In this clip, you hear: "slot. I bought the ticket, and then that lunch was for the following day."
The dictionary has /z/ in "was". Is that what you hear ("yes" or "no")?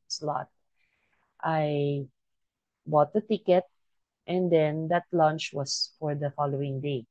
no